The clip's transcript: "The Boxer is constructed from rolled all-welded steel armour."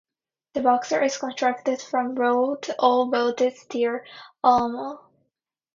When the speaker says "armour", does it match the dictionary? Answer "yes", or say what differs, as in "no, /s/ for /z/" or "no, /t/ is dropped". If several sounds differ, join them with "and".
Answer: no, /l/ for /ɹ/